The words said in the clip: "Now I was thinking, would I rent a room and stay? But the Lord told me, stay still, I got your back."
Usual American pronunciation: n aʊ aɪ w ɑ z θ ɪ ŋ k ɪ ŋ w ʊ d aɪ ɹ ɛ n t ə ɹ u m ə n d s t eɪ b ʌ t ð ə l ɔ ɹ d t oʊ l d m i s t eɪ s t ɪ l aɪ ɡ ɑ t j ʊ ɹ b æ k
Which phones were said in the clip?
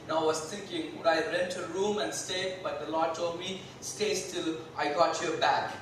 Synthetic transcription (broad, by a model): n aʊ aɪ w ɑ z t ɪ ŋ k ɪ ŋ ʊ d aɪ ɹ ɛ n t ə ɹ u m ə n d s t eɪ b ʌ t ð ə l ɔ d t oʊ l d m i s t eɪ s t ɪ l aɪ ɡ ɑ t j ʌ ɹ b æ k